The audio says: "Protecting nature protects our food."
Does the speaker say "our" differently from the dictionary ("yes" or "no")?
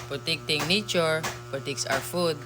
yes